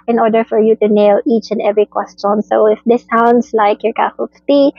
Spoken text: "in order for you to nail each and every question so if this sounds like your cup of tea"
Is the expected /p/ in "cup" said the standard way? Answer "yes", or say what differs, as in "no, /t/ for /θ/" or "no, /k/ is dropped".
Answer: no, /f/ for /p/